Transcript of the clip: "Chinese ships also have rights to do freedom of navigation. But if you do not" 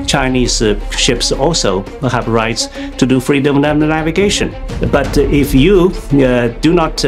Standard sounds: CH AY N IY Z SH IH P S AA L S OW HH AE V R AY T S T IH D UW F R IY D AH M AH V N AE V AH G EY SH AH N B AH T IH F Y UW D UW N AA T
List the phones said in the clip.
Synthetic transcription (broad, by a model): CH AY N IY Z SH IH P S AA L S OW HH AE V R AY T S T IH D UW F R IY D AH M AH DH N AE V AH G EY SH AH N B AH T IH F Y UW D UW N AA T